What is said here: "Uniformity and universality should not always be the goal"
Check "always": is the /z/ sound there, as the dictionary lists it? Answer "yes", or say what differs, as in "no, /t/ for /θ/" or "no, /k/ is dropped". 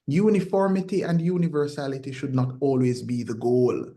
yes